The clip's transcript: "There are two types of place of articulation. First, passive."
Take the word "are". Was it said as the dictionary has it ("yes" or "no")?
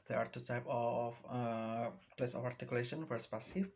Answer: yes